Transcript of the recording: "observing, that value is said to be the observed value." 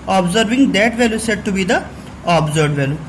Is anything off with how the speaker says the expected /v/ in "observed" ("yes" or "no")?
yes